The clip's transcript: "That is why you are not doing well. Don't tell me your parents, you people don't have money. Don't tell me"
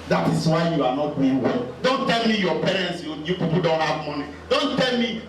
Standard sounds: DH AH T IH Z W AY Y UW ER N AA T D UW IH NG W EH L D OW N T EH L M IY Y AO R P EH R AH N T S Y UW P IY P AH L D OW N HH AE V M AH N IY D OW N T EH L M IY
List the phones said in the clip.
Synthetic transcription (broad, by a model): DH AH T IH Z W AY Y UW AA N AA T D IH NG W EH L D OW N T EH L M IY Y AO P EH R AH N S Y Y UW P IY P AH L D OW N HH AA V M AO N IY D OW N T EH L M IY